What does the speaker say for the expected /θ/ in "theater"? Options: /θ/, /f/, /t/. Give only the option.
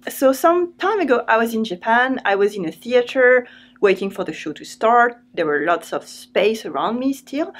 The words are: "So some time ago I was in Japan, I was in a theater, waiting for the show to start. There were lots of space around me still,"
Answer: /θ/